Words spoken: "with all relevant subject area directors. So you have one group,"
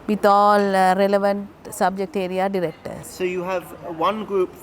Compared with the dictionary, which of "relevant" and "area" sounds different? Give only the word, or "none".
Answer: none